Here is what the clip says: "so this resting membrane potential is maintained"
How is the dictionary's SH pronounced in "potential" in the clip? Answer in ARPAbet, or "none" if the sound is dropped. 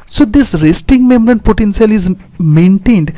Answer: S